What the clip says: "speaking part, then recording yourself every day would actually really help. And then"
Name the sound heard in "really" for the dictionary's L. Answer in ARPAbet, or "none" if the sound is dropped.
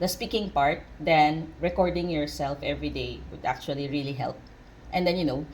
L